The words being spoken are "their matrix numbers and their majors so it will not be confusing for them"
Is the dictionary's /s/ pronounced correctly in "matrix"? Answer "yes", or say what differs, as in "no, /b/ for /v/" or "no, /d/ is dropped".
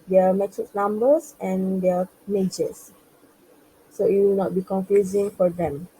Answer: no, /s/ is dropped